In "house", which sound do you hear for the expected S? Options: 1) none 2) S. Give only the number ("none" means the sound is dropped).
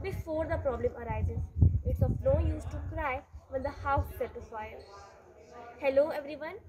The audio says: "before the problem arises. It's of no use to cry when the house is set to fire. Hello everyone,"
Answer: 1